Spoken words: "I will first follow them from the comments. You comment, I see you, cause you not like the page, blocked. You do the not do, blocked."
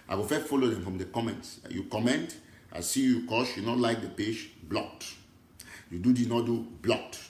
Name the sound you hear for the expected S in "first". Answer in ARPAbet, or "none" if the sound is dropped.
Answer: none